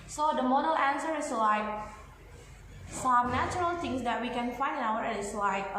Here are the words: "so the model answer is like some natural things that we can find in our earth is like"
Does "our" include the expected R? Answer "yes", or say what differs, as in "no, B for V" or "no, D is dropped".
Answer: no, W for R